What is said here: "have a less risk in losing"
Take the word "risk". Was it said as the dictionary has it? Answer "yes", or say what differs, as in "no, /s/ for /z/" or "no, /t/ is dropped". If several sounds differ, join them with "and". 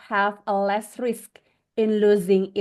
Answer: yes